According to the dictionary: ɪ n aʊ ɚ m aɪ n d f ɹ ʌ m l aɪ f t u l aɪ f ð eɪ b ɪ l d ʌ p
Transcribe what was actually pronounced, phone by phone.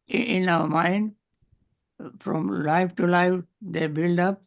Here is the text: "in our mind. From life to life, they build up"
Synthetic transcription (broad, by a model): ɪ n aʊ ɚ m aɪ n d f ɹ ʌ m l aɪ f t u l aɪ f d eɪ b ɪ l d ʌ p